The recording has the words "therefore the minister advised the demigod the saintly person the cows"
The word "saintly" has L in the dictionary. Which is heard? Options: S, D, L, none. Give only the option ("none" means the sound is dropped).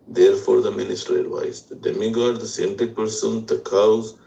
none